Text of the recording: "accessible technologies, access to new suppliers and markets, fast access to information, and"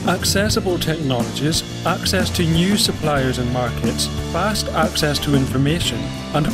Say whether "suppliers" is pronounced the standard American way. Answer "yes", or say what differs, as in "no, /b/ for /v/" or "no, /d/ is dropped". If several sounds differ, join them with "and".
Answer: yes